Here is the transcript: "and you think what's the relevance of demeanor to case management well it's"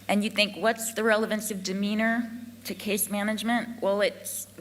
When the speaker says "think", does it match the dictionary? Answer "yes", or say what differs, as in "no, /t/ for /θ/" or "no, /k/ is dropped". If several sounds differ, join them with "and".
yes